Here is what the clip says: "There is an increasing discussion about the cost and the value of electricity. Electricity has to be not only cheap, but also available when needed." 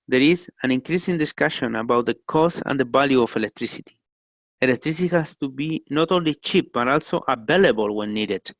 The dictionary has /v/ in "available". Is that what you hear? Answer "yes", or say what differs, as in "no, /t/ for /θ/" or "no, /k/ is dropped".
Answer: no, /b/ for /v/